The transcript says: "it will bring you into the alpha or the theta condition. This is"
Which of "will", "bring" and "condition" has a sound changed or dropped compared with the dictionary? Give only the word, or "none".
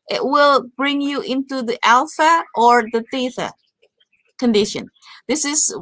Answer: none